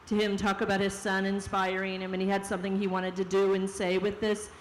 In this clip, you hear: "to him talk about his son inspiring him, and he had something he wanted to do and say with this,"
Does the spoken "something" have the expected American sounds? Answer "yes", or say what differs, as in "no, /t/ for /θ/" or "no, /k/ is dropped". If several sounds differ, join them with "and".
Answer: yes